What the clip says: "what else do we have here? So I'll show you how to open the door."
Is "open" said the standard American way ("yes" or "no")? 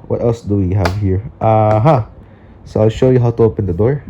yes